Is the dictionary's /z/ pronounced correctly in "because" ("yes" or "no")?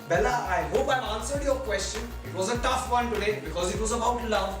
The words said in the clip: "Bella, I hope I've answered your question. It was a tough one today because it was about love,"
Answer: yes